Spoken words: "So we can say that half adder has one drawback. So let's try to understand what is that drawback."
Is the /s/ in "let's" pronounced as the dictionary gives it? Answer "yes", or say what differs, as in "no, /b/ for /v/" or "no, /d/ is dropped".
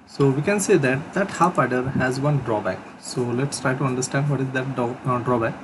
yes